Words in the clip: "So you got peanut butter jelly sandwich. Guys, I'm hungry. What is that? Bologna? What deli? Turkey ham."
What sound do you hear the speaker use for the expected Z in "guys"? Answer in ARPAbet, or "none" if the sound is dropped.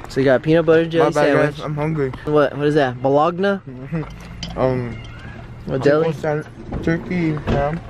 none